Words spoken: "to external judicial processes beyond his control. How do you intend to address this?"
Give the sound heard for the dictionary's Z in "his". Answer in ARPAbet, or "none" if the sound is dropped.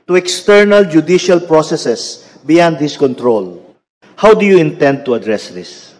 S